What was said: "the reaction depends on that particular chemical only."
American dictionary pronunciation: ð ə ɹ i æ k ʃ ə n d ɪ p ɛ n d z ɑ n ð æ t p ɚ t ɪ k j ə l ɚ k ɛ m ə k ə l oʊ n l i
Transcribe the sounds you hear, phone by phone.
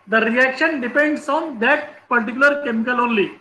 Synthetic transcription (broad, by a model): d ə ɹ i æ k ʃ ə n d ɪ p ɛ n d s ɑ n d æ t p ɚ t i k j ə l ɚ k ɛ m ə k ə l oʊ n l i